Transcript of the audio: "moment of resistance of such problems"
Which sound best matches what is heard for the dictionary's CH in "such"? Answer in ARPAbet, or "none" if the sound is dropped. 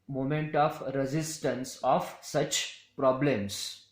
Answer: CH